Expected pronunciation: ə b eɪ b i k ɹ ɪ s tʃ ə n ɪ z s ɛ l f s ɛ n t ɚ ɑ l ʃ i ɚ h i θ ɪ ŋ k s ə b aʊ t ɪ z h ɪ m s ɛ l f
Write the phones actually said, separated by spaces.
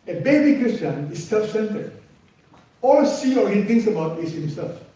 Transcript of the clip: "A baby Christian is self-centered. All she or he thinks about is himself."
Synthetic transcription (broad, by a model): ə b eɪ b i k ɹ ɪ s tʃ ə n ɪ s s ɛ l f s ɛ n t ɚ ɑ l s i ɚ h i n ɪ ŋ s ə b aʊ t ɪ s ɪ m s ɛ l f